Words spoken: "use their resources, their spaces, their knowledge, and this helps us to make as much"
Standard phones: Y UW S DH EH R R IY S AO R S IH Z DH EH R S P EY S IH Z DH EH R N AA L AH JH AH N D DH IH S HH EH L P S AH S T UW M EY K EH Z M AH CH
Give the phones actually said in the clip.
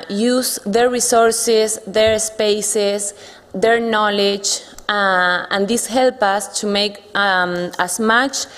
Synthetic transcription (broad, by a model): Y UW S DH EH R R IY S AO R S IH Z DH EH R S P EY S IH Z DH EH R N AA L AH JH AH N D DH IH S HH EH L P AH S T UW M EY K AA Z M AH CH